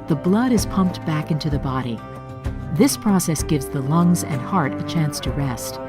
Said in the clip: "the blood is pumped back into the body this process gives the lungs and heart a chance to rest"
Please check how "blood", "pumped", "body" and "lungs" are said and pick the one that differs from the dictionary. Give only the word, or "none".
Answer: none